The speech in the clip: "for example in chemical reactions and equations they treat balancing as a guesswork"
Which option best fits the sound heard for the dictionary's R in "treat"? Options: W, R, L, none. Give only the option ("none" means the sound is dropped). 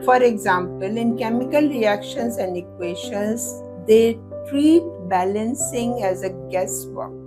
R